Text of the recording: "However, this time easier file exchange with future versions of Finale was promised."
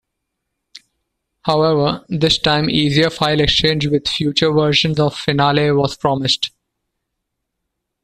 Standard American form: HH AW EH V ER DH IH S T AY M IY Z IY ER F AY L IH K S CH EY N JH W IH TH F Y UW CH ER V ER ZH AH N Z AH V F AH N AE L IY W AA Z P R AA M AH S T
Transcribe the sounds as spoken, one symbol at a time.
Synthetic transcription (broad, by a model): HH AW EH V ER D IH S T AY M IY Z IY ER F AY L IH K S CH EY N JH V IH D F Y UW CH ER V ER SH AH N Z AH V F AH N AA L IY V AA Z P R AA M AH S T